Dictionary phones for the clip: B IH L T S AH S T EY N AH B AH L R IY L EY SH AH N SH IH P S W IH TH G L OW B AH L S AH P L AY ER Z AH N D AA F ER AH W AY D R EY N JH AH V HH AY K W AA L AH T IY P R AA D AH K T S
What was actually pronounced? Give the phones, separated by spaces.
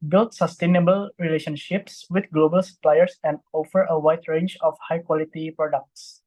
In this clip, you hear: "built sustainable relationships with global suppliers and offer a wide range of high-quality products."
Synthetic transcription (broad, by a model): B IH L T S AH S T EY N AH B AH L R IY L EY SH AH N SH IH P S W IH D G L OW B AH L S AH P L AY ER S AH N D AA F ER AH W AY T R EY N JH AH F HH AY K W AA L AH T IY P R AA D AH K T S